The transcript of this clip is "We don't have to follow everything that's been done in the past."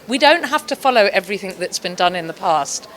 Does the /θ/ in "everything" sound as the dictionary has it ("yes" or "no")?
yes